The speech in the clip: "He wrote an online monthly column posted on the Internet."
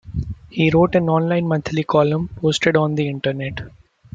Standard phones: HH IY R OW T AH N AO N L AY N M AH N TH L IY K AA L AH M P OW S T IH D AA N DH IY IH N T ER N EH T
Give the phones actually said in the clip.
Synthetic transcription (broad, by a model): HH IY R OW T AH N AO N L AY N M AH N T L IY K AA L AH M P OW S T IH D AA N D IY IH N T ER N EH T